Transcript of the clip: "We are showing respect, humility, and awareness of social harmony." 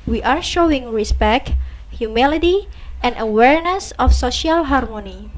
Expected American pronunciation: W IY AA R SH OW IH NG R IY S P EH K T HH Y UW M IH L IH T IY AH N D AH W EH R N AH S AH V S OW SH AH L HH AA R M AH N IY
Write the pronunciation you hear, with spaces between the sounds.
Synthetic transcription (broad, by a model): W IY AA R SH OW IH NG R IY S P EH K T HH Y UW M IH L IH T IY AH N D AH W EH R N AH S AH F S OW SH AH L HH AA R M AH N IY